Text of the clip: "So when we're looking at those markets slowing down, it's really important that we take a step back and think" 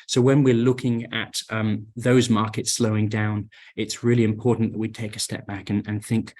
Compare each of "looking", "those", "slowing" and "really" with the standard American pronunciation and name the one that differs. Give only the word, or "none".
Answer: none